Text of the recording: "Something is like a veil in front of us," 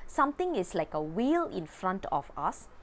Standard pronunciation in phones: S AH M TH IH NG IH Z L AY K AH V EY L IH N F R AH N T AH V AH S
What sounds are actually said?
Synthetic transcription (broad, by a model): S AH M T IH NG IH S L AY K AH W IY L IH N F R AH N T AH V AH S